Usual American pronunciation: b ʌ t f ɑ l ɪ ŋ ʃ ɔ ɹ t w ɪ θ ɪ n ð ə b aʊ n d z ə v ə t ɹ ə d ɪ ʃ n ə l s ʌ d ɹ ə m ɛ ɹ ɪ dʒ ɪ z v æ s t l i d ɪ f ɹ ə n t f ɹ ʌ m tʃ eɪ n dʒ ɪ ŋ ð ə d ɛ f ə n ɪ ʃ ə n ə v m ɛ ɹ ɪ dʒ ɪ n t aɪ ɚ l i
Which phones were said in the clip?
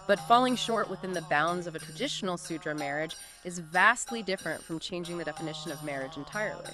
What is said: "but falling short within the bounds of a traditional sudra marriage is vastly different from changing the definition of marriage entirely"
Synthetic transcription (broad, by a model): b ʌ t f ɑ l ɪ ŋ ʃ ɔ ɹ t w ɪ θ ɪ n ð ə b aʊ n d z ə v ə t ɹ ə d ɪ ʃ n l s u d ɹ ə m ɛ ɹ ɪ dʒ ɪ z v æ s t l i d ɪ f ɹ ə n t f ɹ ʌ m tʃ eɪ n dʒ ɪ ŋ ð ə d ɛ f ə n ɪ ʃ ə n ə v m ɛ ɹ ɪ dʒ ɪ n t aɪ ɚ l i